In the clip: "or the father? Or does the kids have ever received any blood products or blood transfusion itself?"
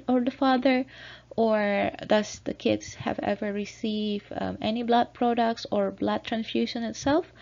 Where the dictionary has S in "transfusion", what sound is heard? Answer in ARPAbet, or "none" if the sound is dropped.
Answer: none